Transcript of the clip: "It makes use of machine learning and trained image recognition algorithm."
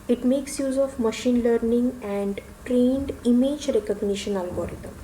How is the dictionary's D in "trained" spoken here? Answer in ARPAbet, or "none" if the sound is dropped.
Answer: D